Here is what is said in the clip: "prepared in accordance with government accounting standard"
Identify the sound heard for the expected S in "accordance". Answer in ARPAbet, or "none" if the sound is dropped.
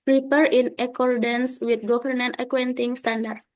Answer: S